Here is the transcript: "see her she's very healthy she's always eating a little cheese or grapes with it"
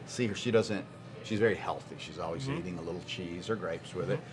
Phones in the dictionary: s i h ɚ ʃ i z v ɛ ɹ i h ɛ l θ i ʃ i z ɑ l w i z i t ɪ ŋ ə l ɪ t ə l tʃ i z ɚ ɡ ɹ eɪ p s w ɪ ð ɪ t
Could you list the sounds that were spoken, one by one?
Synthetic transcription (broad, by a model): s i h ɚ ʃ i z v ɛ ɹ i h ɛ l θ i ʃ i z ɑ l w i z i t ɪ ŋ ə l ɪ t l tʃ i z ɚ ɡ ɹ eɪ p s w ɪ ð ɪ t